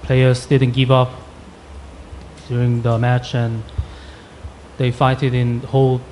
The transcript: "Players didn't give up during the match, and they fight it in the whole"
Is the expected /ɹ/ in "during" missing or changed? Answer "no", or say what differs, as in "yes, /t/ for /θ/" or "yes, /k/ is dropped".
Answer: no